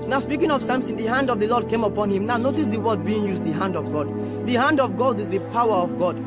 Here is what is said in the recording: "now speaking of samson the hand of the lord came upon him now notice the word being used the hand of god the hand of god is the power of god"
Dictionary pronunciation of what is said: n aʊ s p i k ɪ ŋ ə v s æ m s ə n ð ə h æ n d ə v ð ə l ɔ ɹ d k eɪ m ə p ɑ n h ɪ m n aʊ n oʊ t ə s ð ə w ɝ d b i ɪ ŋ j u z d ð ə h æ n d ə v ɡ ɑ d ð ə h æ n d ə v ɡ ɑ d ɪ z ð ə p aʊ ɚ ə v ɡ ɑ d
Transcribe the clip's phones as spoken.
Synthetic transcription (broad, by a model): n aʊ s p i k ɪ ŋ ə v s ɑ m s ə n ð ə h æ n d ə v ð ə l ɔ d k eɪ m ə p ɑ n h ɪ m n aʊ n oʊ t ə s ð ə w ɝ d b i ɪ ŋ j u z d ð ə h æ n d ə v ɡ ɑ d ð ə h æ n d ə v ɡ ɑ d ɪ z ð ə p aʊ ɚ ə v ɡ ɑ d